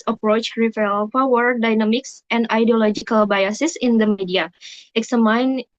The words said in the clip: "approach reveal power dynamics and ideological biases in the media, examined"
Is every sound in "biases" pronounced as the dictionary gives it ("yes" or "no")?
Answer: no